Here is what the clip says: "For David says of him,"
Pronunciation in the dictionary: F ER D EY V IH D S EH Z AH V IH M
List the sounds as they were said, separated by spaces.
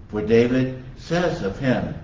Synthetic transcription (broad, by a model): F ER D EY V IH D S EH Z AH V IH M